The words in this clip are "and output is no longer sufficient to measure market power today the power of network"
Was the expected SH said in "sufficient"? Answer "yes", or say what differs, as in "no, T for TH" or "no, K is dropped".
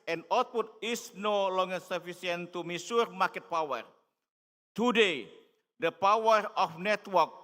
no, S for SH